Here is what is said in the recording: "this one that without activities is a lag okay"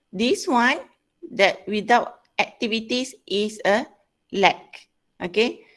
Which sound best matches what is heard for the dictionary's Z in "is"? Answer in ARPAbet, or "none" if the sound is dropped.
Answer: S